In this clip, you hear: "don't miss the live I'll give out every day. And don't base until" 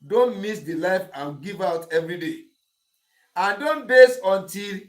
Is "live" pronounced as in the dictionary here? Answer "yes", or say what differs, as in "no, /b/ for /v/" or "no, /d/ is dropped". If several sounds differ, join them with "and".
no, /f/ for /v/